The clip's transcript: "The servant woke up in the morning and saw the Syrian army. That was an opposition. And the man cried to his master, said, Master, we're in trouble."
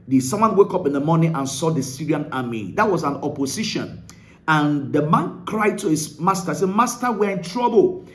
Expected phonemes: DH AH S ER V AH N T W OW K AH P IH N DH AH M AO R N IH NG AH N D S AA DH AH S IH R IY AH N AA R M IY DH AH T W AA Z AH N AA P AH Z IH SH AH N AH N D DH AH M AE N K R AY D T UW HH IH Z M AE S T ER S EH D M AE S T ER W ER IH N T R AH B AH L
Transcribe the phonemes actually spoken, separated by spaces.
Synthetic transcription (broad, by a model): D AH S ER W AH N W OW K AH P IH N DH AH M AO N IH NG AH N S AA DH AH S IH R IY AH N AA M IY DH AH T W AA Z AH N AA P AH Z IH SH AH N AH N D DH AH M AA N K R AY D T UW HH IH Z M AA S T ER S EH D M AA S T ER W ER IH N T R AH B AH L